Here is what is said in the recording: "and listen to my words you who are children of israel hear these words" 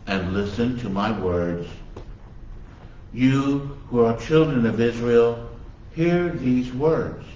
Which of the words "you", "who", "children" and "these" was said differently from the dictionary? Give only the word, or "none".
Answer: none